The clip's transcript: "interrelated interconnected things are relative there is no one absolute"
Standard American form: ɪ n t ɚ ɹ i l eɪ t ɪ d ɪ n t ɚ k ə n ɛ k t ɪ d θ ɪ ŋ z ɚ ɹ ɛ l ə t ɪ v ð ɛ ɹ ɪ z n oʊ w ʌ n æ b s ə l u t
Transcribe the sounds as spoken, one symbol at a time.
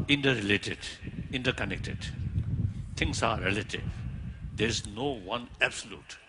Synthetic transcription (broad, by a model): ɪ n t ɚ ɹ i l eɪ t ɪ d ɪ n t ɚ k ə n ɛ k t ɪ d t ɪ ŋ s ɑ ɹ ɛ l ə t ɪ v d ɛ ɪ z n oʊ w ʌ n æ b s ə l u t